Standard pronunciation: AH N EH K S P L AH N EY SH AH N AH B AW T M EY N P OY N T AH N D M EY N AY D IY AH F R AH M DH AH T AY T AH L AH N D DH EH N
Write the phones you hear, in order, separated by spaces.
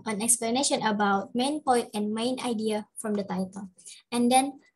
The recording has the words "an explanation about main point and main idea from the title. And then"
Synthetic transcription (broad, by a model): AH N EH K S P L AH N EY SH AH N AH B AW T M EY N P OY T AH N M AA N AY D IY AH F R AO M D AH T AY T AH L AH N D EH N